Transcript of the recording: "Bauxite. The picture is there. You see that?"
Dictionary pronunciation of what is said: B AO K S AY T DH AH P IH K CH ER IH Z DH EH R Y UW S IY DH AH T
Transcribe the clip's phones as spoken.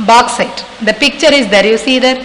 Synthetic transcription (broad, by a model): B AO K S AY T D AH P IH K CH ER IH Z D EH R Y UW S IY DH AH T